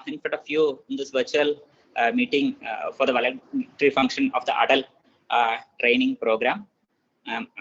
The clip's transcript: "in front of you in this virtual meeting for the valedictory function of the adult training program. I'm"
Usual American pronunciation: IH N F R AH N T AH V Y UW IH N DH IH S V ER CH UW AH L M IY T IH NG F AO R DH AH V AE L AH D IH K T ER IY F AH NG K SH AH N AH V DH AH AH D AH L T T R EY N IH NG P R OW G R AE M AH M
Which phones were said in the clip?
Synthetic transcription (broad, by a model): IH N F AH T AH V Y UW IH N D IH S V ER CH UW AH L M IY T IH NG F AO R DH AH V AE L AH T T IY F AH NG K SH AH N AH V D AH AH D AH L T T R EY N IH NG P R OW G R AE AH M